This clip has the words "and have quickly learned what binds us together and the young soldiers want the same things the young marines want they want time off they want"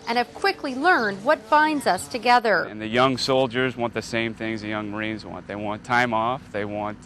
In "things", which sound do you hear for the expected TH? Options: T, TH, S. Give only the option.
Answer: TH